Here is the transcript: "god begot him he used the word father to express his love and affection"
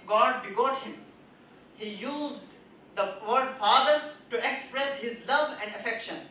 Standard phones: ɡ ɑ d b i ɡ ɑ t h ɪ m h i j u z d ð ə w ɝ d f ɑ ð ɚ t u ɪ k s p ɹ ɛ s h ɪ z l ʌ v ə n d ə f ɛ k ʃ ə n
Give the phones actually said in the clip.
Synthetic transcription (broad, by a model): ɡ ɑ d b i ɡ ɑ t h ɪ m h i j u z d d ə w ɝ d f ɑ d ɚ t u ɪ k s p ɹ ɛ s h ɪ z l ʌ v ə n d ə f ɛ k ʃ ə n